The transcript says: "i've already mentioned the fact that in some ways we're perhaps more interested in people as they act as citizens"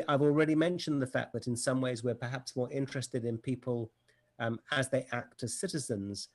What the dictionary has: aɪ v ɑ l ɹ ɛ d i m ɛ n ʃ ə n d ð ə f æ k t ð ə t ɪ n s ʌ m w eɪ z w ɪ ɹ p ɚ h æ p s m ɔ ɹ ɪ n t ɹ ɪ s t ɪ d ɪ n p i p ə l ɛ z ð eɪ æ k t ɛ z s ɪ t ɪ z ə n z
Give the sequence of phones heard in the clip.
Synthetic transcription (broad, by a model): aɪ v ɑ l ɹ ɛ d i m ɛ n ʃ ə n ð ə f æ k ð ə t ɪ n s ʌ m w eɪ z w ɪ ɹ p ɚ h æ p s m ɔ ɹ ɪ n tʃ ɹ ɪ s t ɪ d ɪ n p i p ə l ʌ z ð eɪ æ k t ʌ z s ɪ t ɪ z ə n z